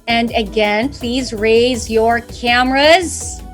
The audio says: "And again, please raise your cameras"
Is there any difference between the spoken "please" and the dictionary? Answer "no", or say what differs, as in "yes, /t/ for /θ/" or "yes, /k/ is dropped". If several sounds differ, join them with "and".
no